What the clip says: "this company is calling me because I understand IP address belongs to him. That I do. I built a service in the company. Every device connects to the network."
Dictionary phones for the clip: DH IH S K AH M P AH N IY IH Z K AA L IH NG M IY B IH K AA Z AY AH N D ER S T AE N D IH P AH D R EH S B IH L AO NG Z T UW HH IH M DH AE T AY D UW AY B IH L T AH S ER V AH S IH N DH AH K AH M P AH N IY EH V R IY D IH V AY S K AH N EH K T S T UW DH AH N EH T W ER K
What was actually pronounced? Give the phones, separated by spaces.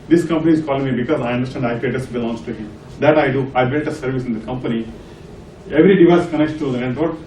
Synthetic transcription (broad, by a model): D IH S K AH M P AH N IY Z K AA L IH NG M IY B IH K AA Z AY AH N D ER S T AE N D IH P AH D EH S B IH L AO NG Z T UW HH IH M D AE T AY D UW AY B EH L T AH S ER V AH S IH N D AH K AH M P AH N IY EH V R IY D IH V AY S K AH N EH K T T UW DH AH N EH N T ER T